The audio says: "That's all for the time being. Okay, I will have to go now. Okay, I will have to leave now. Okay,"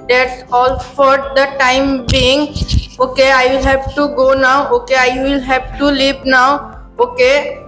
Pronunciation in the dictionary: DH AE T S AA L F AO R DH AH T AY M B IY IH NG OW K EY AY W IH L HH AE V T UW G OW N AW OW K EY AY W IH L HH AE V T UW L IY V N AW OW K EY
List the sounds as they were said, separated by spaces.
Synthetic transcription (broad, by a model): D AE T S AA L F AO R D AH T AY M B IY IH NG OW K EY AY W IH L HH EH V T UW G OW N AW OW K EY AY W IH L HH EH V T UW L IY P N AW OW K EY